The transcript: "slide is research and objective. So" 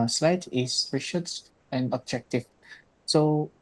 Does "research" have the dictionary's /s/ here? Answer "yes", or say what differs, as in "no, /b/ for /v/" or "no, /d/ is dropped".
no, /ʃ/ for /s/